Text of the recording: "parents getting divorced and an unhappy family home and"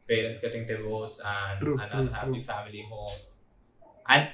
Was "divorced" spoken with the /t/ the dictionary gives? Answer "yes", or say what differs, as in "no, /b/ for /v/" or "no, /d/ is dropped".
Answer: no, /t/ is dropped